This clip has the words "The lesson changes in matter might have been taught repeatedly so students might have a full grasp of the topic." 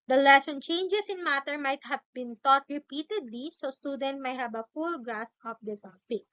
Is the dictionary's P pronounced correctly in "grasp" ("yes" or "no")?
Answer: no